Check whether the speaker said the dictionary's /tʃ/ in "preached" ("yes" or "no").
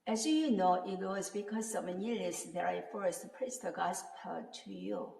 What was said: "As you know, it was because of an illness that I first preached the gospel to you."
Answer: no